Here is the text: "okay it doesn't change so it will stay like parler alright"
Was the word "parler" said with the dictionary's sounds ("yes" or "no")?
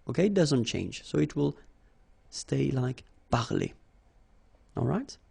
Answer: no